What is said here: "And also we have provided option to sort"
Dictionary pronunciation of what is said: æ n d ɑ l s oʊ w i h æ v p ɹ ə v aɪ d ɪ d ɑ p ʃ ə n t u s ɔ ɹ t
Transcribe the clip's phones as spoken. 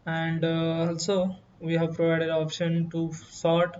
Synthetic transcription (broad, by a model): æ n d ɑ l s oʊ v i h æ v p ɹ ə v aɪ d ɪ d ɑ p ʃ ə n t u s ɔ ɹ t